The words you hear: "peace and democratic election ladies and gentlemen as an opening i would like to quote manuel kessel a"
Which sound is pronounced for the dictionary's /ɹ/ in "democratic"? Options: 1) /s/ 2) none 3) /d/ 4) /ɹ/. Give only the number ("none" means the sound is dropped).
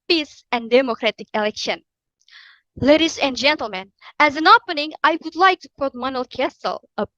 4